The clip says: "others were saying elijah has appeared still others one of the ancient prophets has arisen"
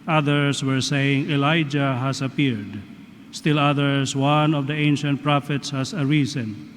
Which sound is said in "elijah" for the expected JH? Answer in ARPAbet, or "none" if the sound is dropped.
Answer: JH